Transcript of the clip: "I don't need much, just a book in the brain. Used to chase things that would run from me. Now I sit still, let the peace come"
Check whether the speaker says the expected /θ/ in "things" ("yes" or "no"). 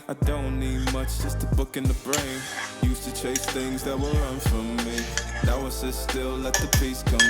yes